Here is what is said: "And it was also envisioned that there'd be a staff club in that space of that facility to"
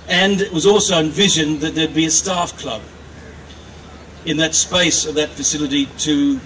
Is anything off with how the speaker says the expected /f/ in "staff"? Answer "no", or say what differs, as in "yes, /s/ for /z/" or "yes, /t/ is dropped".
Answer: no